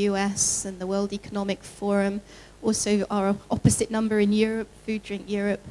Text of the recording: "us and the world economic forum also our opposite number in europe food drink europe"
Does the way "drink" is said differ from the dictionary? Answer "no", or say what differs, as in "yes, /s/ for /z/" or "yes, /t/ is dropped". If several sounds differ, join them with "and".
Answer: no